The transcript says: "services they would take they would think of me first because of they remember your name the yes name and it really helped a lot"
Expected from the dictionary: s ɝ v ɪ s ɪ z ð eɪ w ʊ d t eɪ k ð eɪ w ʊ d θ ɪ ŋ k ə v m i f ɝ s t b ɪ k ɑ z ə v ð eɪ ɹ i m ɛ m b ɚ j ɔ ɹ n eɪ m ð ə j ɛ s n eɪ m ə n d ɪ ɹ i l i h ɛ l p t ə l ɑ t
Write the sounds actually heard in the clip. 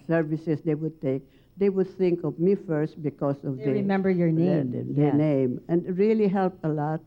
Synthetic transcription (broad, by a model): s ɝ v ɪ s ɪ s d eɪ w ʊ d t eɪ k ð eɪ w ʊ d θ ɪ ŋ k ə v m i f ɝ s t b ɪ k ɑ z ə v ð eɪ ɹ i m ɛ m b ɚ j ɔ ɹ n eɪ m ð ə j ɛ n eɪ m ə n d ɹ i l i h ɛ l p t ə l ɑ t